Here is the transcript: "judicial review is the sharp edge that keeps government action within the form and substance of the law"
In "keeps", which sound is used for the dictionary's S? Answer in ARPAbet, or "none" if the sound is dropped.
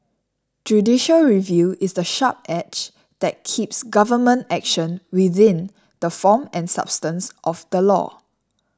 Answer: S